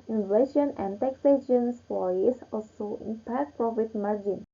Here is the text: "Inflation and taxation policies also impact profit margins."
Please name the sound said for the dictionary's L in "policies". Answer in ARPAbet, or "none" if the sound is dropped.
none